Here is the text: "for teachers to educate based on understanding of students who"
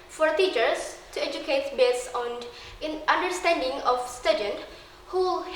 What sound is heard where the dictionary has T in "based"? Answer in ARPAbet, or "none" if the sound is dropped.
none